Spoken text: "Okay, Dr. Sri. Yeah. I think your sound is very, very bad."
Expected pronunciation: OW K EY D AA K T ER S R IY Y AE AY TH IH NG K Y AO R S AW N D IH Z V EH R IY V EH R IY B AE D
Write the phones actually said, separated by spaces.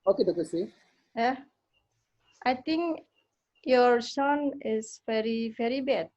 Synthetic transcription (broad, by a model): OW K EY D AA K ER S IY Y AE AY T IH NG K Y AO R S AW N IH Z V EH R IY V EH R IY B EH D